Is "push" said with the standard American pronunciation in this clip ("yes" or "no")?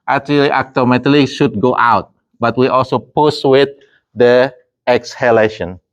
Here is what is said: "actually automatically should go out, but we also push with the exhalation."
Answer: no